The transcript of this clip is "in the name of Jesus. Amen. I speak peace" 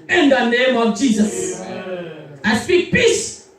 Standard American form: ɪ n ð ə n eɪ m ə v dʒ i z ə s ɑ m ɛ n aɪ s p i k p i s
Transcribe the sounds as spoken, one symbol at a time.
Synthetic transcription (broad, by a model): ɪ n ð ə n eɪ m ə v dʒ i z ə s ɑ ɪ s p i k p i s